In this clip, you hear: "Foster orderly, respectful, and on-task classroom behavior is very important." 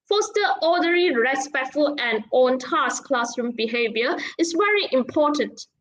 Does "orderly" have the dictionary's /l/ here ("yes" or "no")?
no